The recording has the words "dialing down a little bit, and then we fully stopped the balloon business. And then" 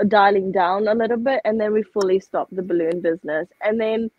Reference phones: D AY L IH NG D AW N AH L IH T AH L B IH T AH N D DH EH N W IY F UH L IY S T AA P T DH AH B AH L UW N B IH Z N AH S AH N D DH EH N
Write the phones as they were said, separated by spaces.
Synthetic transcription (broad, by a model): D AY L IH NG D AW N AH L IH T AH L B IH T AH N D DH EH N W IY F UH L IY S T AA P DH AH B AH L UW N B IH Z N AH S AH N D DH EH N